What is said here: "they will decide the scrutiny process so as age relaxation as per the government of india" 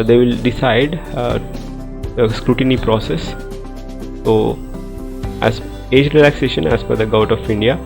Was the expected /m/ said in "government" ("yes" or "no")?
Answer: no